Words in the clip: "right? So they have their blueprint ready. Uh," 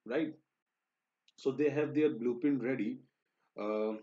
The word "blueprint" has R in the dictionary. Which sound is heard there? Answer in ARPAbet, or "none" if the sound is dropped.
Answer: none